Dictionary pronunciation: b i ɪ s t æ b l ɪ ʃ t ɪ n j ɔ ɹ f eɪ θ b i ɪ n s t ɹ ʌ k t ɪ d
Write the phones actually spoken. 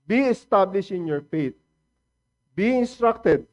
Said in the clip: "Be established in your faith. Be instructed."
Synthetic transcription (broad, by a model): b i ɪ s t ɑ b l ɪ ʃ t ɪ n j ɔ ɹ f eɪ t b i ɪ n s t ɹ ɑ k t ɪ d